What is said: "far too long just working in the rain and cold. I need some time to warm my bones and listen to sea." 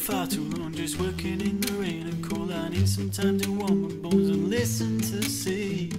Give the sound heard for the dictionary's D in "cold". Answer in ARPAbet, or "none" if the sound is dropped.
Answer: none